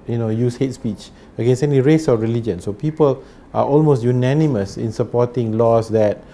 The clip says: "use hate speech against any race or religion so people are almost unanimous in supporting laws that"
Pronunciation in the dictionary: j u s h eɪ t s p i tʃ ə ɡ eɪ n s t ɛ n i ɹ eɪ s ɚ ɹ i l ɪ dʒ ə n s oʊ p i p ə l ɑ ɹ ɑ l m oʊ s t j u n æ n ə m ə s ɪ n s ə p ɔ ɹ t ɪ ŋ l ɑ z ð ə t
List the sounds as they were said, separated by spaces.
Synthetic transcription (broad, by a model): j u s h eɪ t s p i tʃ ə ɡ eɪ n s ɛ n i ɹ eɪ s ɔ ɹ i l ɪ dʒ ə n s oʊ p i p ə l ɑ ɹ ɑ l m oʊ s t j u n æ n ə m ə s ɪ n s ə p ɔ t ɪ ŋ l ɑ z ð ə t